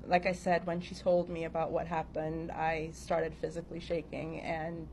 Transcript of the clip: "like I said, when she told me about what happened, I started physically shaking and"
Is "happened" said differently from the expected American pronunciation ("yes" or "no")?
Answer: no